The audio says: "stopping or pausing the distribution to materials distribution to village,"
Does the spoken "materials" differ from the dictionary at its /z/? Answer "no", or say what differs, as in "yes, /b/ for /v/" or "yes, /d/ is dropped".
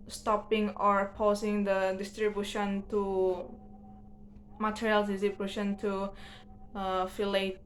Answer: yes, /z/ is dropped